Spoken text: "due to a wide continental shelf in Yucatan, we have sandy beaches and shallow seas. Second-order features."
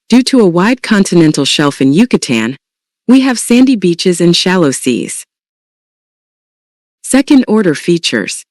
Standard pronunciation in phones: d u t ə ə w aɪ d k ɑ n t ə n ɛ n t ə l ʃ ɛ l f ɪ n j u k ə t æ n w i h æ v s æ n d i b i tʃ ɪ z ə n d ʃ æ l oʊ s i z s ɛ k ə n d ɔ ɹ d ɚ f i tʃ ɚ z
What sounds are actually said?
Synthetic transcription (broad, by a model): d u t ə ə w aɪ d k ɑ n t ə n ɛ n t l ʃ ɛ l f ɪ n j u k ə t æ n w i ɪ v s æ n d i b i tʃ ɪ z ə n ʃ æ l oʊ s i z s ɛ k ə n d ɔ ɹ d ɚ f i tʃ ɚ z